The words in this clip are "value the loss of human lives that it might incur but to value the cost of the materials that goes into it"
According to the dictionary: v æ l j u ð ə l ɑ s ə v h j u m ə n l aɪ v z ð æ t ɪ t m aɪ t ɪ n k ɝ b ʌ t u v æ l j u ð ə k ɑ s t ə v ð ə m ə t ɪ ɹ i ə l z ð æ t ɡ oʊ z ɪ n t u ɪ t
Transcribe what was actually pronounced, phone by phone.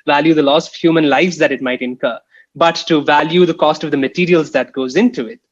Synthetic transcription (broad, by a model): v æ l j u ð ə l ɑ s ə v h j u m ə n l aɪ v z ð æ t ɪ t m aɪ t ɪ n k ɝ b ʌ t u v æ l j u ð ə k ɑ s t ə v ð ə m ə t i ɹ i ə l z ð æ t ɡ oʊ z ɪ n t u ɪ t